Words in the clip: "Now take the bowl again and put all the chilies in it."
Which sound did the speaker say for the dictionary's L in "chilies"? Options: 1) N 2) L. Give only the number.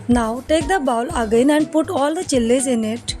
2